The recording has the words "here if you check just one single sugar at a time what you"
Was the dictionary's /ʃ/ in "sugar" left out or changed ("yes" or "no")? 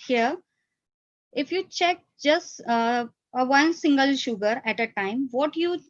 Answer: no